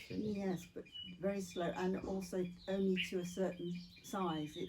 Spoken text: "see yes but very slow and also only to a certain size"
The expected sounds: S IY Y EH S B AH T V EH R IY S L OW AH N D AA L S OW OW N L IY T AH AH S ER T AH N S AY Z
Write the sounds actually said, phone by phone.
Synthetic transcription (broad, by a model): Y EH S B AH T V EH R IY S L OW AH N AA L S OW OW N L IY T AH AH S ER T N S AY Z